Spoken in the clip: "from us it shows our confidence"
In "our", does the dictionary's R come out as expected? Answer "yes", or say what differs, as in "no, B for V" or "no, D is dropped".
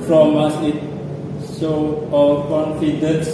no, L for R